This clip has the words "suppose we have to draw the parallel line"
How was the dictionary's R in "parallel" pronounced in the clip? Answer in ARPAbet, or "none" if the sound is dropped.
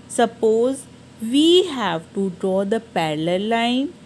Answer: L